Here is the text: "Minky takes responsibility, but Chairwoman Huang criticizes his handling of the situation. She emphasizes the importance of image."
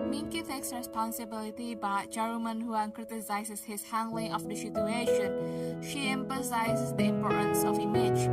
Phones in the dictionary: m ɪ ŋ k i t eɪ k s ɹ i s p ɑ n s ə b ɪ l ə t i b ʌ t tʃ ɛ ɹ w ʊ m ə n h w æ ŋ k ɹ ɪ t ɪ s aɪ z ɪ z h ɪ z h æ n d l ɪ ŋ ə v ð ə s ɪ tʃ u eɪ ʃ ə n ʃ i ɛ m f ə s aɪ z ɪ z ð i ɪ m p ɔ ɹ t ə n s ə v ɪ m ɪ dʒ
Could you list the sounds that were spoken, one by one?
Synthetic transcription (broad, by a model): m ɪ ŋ k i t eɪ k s ɹ i s p ɑ n s ə b ɪ l ə t i b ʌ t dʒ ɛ ɹ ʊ m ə n h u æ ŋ k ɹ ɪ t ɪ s aɪ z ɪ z h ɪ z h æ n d l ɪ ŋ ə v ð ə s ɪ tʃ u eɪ ʃ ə n ʃ i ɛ m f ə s aɪ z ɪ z ð i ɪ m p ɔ ɹ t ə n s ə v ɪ m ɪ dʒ